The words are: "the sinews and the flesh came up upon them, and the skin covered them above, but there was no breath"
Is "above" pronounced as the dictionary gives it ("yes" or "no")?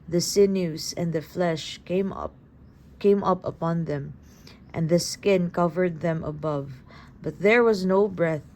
yes